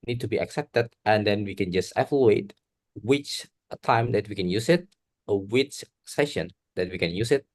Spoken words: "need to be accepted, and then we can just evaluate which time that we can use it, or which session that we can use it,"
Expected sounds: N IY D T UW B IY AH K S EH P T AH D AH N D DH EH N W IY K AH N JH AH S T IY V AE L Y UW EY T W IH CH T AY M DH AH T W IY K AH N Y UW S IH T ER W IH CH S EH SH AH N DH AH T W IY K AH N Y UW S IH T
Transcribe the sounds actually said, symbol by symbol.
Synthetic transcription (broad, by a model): N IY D T UW B IY AH K S EH P T AH D AH N D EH N W IY K AH N JH AH S T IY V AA L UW EY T W IH CH T AY M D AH T W IY K AH N Y UW S IH T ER W IH CH S EH SH AH N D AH T W IY K AH N Y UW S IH T